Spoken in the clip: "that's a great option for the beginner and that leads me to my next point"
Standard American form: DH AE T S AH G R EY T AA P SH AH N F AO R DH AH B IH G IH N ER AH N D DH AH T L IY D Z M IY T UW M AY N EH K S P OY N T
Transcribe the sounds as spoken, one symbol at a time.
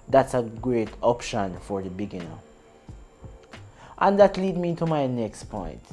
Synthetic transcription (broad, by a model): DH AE T S AH G R EY T AA P SH AH N F AO R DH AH B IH G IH N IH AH N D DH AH T L IY D M IY T UW M AY N EH K S P OY N T